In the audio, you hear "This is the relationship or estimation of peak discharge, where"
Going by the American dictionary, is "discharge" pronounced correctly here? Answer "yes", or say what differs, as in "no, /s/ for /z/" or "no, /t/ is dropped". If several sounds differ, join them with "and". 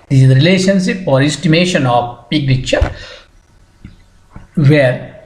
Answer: no, /s/ is dropped